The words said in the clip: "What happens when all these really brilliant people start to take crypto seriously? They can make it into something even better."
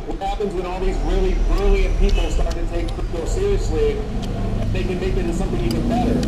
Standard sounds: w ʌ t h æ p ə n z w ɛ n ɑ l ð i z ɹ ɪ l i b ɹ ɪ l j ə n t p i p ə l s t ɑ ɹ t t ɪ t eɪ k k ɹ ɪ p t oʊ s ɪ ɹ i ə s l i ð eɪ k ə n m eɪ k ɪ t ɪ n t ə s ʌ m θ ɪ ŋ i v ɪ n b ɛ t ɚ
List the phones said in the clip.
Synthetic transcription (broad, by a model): w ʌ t h æ p ə n z w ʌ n ɑ l ð i z ɹ ɪ l i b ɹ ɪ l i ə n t p i p l s t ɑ ɹ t t ɪ t eɪ ɪ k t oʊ s ɪ ɹ i ə s l i ð eɪ k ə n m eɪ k ɪ t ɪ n s ʌ m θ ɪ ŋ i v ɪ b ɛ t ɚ